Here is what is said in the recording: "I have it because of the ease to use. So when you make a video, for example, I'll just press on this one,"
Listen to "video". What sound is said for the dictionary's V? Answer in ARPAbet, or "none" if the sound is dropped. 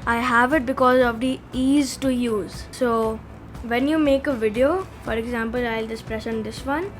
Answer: V